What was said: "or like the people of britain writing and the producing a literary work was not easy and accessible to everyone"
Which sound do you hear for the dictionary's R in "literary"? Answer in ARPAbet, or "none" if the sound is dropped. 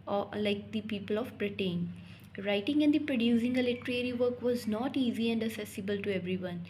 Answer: R